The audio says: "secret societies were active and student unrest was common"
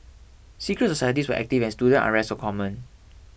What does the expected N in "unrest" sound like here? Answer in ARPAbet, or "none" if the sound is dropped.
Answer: none